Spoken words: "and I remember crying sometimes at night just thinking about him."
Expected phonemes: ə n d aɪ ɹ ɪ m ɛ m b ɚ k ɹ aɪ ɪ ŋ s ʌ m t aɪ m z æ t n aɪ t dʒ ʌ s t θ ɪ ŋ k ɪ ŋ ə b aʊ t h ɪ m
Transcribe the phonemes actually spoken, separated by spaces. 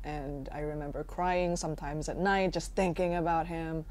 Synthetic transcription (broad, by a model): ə n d aɪ ɹ ɪ m ɛ m b ɚ k ɹ aɪ ɪ ŋ s ʌ m t aɪ m z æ t n aɪ t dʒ ʌ s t θ ɪ ŋ k ɪ ŋ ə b aʊ t h ɪ m